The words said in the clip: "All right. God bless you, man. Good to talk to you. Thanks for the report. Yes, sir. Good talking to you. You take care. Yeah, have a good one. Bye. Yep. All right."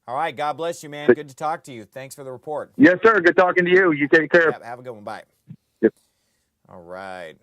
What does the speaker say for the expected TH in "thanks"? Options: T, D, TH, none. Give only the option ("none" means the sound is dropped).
TH